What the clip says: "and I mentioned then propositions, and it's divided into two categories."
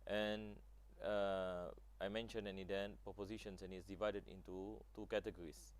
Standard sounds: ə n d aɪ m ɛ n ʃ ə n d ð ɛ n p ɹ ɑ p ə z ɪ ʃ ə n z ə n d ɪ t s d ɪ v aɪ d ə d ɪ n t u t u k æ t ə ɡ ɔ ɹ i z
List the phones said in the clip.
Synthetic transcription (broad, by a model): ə n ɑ aɪ m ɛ n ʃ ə n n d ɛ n p ɹ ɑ p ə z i ʃ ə n s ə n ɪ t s d ɪ v aɪ d ə d ɪ n t u t u k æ t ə ɡ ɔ ɹ i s